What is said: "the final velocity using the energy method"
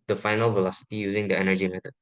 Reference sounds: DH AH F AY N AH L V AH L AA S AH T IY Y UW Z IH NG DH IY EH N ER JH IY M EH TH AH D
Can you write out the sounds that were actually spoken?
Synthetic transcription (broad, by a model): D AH F AY N AH L V AH L AA S AH T IY Y UW Z IH NG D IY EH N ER JH IY M EH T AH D